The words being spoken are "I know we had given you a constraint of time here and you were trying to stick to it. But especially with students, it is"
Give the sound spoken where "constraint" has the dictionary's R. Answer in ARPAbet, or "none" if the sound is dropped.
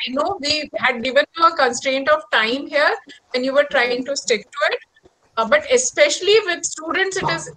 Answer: R